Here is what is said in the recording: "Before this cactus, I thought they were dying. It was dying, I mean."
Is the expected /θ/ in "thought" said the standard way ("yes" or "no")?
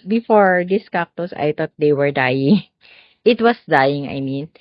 no